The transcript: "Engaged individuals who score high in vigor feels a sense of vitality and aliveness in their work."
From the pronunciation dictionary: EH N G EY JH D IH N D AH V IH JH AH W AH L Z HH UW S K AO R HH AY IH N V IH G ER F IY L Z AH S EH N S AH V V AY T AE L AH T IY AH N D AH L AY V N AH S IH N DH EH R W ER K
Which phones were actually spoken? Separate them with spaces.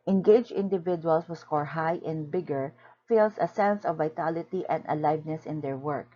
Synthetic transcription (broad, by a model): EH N G EY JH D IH N D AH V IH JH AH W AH L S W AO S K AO R HH AY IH N B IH G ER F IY L S AH S EH N S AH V V AY T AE L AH T IY AH N D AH L AY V N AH S IH N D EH R W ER K